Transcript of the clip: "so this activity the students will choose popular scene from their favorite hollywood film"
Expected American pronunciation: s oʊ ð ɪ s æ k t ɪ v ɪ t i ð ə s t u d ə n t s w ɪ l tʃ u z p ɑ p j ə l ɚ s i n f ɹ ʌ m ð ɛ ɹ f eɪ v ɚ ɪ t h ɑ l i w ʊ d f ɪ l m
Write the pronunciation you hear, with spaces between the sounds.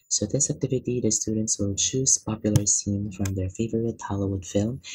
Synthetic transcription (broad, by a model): s oʊ ð ɪ s æ k t ɪ v ɪ t i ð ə s t u d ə n t s w ɪ l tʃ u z p ɑ p j l ɚ s i n f ɹ ʌ m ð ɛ ɹ f eɪ v ɚ ɪ t h ɑ l i w ʊ d f ɪ l m